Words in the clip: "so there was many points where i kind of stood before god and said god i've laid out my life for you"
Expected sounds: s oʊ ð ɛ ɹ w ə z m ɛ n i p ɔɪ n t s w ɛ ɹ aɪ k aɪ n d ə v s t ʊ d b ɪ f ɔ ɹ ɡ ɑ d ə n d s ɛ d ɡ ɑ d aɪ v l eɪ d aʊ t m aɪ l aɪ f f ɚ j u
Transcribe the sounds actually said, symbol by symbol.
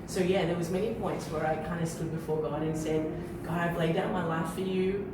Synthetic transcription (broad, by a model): s oʊ ð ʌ ɹ w ə z m ɛ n i p ɔɪ n t s w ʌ ɹ aɪ k aɪ n d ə s t ʊ d b ɪ f ɔ ɹ ɡ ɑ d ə n s ɛ d ɡ ɑ d aɪ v l eɪ d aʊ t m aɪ l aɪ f f ɚ j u